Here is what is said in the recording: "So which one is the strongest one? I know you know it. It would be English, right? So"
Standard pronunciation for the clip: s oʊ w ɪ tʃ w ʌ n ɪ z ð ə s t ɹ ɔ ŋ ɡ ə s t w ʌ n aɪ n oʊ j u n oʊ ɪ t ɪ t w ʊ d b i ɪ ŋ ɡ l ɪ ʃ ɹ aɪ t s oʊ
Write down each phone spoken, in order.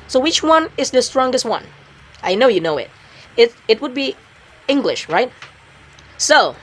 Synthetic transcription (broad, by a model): s oʊ w ɪ tʃ w ʌ n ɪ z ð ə s t ɹ ɔ ŋ ɡ ə s t w ʌ n aɪ n oʊ j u n oʊ ɪ t ɪ t w ʊ d b i ɪ ŋ ɡ l ɪ ʃ ɹ aɪ t s oʊ